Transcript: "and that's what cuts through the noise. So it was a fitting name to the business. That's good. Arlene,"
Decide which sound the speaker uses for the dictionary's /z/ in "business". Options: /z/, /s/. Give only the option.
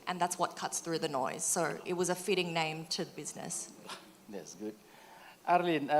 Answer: /z/